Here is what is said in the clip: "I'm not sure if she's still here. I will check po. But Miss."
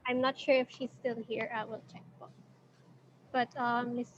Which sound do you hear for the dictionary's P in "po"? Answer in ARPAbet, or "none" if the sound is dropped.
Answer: B